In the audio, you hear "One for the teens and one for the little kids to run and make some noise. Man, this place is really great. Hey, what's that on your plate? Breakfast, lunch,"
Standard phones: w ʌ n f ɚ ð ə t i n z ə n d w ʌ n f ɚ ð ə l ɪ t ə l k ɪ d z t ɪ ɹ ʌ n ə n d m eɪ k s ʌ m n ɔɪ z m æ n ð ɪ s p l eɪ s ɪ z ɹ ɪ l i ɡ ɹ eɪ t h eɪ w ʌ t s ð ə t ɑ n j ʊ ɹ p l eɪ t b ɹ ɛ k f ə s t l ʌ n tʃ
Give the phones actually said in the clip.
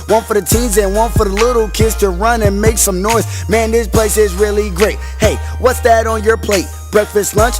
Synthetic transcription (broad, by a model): w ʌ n f ɚ ð ə t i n z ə n w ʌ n f ɚ ð ə l ɪ t l k ɪ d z t ɪ ɹ ʌ n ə n m eɪ k s ʌ m n ɔɪ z m æ n ð ɪ s p l eɪ s ɪ z ɹ ɪ l i ɡ ɹ eɪ t h eɪ w ʌ t s ð ə t n j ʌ ɹ p l eɪ t b ɹ ɛ k f ə s t l ʌ n tʃ